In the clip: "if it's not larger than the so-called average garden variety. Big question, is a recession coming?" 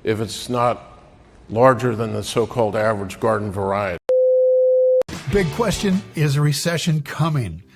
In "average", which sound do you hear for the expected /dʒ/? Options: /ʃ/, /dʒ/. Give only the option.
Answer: /dʒ/